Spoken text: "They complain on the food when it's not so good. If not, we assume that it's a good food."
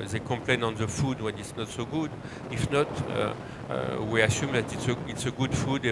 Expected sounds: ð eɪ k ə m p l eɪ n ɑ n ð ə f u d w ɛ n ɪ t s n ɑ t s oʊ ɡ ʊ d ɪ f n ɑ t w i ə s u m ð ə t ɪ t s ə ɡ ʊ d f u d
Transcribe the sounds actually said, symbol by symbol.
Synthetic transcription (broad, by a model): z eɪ k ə p l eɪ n ɑ n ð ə f u d w ɛ n ɪ t s n ɑ t s oʊ ɡ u d ɪ f n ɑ t w i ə s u m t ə t ɪ t s ə ɡ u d f u d